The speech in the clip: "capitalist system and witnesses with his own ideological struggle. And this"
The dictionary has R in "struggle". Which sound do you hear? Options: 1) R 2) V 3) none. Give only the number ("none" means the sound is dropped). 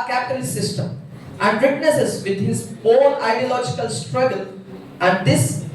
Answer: 1